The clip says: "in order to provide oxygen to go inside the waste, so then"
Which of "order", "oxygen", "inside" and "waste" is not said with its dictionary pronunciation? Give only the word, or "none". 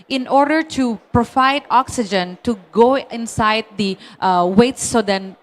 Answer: waste